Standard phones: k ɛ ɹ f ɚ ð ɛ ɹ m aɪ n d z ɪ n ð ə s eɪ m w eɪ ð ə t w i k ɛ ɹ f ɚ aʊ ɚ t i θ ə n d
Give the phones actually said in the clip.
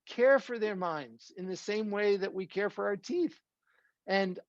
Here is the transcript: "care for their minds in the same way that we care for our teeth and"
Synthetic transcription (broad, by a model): k ɛ ɹ f ɚ ð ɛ ɹ m aɪ n d z ɪ n ð ə s eɪ m w eɪ ð ə t w i k ɛ ɹ f ɚ aʊ ɚ t i θ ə n